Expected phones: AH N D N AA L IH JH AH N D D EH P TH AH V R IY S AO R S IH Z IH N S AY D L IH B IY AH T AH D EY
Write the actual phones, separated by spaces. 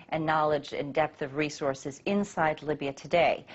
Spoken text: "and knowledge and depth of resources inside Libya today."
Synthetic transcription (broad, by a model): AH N N AA L IH JH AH N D D EH P TH AH V R IY S AO R S IH Z IH N S AY D L IH B IY AH T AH D EY